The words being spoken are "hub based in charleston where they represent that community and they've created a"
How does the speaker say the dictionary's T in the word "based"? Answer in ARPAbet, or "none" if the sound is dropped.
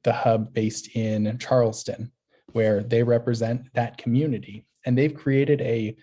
T